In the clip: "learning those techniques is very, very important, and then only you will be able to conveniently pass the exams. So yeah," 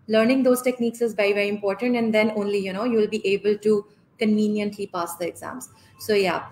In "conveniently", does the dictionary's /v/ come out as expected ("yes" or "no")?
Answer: yes